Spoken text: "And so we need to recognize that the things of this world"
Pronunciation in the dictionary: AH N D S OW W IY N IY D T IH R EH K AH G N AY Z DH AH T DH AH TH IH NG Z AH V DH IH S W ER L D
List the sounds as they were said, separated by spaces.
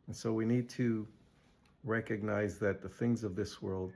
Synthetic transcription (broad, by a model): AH N S OW W IY N IY D T IH R EH K AH G N AY Z DH AH T DH AH TH IH NG Z AH V DH IH S W ER L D